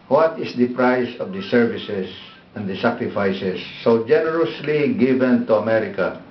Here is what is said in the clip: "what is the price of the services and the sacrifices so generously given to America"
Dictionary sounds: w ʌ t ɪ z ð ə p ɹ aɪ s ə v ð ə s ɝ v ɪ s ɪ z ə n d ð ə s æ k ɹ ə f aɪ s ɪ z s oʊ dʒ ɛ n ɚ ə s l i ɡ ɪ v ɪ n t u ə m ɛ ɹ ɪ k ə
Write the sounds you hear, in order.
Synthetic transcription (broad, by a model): w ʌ t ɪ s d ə p ɹ aɪ s ə v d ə s ɝ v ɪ s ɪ s ə n d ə s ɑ k ɹ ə f aɪ s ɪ s oʊ dʒ ɛ n ɚ ə s l i ɡ ɪ v ɪ n t u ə m ɛ ɹ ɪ k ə